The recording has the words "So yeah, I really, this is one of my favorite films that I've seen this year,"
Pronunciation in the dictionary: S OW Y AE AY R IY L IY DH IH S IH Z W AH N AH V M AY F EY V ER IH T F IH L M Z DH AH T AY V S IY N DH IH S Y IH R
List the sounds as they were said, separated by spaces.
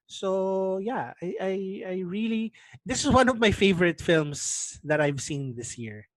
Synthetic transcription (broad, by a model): S OW Y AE AY R IY L IY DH IH S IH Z W AH N AH V M AY F EY V ER IH T F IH L M S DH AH T AY V S IY N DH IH S Y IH R